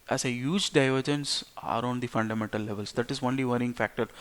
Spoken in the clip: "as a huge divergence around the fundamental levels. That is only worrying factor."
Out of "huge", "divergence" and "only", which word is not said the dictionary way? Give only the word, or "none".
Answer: none